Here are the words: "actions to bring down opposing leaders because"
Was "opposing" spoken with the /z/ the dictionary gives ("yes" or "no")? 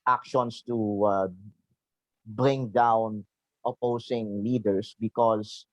no